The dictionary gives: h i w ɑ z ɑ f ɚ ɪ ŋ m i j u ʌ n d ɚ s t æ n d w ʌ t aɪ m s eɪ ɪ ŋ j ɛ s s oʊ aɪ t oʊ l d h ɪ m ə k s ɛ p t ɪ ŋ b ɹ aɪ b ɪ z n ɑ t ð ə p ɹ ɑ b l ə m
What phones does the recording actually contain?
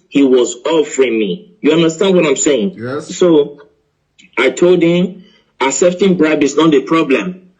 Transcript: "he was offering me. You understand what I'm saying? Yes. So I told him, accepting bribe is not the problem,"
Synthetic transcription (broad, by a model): h i w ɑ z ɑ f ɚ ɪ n m i j u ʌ n d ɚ s t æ n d w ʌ t aɪ m s eɪ ɪ ŋ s s oʊ aɪ t oʊ l d h ɪ m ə s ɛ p t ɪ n b ɹ aɪ b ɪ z n ɑ t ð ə p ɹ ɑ b l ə m